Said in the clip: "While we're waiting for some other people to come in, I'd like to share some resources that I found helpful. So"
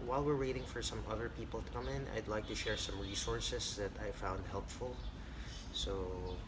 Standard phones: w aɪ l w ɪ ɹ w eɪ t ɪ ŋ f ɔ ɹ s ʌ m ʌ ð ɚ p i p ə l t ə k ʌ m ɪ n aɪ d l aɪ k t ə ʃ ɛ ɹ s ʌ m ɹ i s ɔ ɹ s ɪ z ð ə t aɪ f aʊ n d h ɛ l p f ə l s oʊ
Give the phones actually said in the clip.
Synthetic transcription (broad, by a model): w aɪ l w ɪ ɹ w eɪ t ɪ ŋ f ɔ ɹ s ʌ m ʌ ð ɚ p i p ə l t ə k ʌ m ɪ n aɪ d l aɪ k t ə ʃ ɛ ɹ s ʌ m ɹ i s ɔ ɹ s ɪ s ð ə t aɪ f aʊ n d h ɛ l p f ə l s oʊ